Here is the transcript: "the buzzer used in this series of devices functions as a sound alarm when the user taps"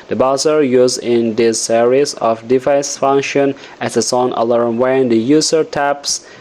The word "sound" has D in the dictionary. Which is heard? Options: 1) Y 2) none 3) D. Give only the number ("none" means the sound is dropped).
2